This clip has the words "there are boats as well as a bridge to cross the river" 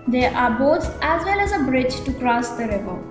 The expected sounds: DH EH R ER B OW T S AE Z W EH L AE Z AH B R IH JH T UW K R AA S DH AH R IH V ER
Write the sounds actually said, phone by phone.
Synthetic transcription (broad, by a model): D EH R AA B OW T AE Z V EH L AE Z AH B R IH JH T UW K R AA S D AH R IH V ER